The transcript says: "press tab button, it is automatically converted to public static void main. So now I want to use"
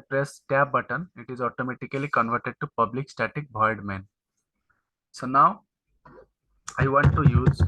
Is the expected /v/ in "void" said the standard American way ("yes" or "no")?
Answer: no